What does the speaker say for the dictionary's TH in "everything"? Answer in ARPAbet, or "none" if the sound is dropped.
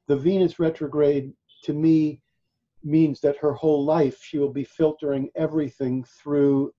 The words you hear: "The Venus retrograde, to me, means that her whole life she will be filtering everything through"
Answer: TH